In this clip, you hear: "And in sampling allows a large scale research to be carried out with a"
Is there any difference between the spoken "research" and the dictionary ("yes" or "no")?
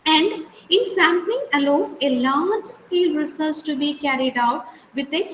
yes